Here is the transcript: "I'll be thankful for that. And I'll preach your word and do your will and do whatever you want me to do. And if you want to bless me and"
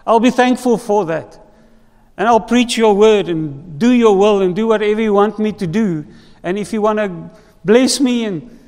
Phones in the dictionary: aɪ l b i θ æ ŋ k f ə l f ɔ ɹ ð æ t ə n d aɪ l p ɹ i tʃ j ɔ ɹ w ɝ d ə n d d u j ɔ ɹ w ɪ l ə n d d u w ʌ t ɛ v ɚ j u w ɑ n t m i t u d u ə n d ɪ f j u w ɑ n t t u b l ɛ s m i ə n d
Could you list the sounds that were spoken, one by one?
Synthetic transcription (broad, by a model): aɪ l b i θ æ ŋ k f ə l f ɔ ɹ ð æ t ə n aɪ l p ɹ i tʃ j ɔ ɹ w ɝ d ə n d d u j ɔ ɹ w ɪ l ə n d d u w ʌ t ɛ v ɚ j u w ɑ n t m i t u d u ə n ɪ f j u w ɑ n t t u b l ɛ s m i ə n